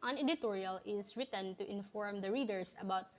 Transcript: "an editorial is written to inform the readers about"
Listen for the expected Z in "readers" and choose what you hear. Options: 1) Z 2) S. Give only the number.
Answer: 2